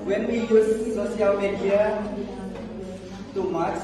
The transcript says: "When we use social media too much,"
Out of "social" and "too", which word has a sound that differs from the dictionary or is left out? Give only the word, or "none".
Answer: social